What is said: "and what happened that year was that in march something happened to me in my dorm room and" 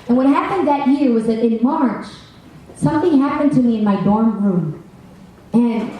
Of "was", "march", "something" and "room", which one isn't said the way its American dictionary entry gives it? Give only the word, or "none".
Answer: none